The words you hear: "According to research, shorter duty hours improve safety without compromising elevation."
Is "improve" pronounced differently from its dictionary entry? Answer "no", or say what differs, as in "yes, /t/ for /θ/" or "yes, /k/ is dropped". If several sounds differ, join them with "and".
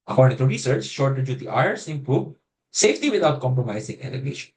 yes, /ɹ/ is dropped and /b/ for /v/